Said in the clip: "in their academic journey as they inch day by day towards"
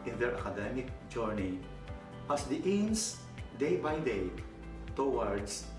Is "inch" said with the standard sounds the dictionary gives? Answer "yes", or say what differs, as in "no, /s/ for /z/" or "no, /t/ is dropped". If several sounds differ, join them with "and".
no, /s/ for /tʃ/